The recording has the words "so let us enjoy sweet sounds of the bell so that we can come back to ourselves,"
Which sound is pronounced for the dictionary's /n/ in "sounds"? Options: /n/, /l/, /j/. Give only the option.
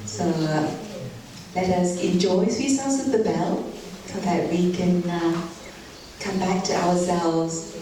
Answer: /l/